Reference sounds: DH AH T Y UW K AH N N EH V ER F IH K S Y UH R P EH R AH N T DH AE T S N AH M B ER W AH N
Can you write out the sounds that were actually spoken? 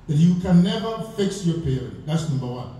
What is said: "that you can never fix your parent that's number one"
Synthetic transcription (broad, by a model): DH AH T Y UW K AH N N EH V ER F IH K S Y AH R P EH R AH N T DH AE T S N AH M B ER W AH N